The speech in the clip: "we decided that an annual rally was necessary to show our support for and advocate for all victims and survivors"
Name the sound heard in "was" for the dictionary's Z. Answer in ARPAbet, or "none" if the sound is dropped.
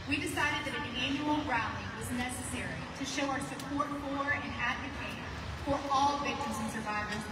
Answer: Z